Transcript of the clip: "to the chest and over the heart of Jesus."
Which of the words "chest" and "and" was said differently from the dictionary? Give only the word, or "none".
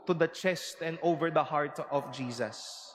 none